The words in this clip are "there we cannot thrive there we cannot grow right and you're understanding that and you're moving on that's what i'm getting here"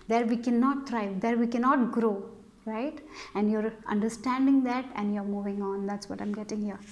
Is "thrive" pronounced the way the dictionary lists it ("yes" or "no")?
no